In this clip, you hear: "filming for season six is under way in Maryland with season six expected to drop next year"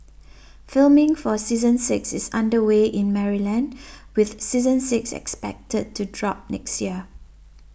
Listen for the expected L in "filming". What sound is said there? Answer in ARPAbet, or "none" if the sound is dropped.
L